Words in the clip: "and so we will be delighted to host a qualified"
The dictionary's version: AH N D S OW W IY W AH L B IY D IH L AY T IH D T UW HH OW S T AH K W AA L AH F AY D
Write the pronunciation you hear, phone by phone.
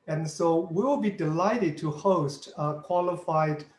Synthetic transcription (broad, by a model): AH N S OW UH W AH L B IY D IH L AY T IH D T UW HH OW S T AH K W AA L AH F AY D